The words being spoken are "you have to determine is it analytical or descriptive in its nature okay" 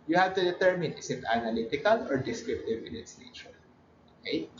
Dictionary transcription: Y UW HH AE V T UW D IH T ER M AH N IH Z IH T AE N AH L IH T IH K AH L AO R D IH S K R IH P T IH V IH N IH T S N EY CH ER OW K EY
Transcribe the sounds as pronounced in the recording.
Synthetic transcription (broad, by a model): Y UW HH AE V T UW D IH T ER M AH N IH S IH T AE N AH L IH T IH K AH L AO R D IH S K R IH P T IH V IH N IH T S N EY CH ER OW K EY